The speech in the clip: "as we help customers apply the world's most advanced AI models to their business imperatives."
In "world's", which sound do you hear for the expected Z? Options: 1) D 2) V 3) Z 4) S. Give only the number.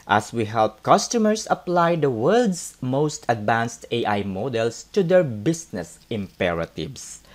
4